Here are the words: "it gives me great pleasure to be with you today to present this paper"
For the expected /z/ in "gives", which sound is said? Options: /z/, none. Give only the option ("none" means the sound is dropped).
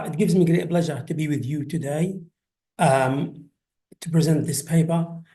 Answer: /z/